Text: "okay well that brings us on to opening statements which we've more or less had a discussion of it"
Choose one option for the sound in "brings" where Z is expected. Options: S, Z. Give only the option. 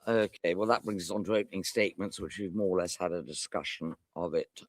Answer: Z